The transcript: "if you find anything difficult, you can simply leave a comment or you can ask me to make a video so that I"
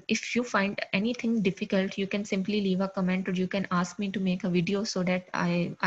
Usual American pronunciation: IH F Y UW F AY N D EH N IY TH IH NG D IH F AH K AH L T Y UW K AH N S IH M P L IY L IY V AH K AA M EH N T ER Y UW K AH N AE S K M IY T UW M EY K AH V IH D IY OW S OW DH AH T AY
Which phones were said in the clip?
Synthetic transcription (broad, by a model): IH F Y UW F AY N D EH N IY T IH NG D IH F AH K AH L T Y UW K AH N S IH M P L IY L IY V AH K AA M EH N T ER Y UW K AH N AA S K M IY T UW M EY K AH V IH D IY OW S OW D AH T AY